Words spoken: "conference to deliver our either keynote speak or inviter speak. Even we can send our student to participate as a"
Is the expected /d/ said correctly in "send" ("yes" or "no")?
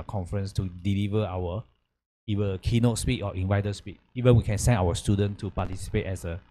no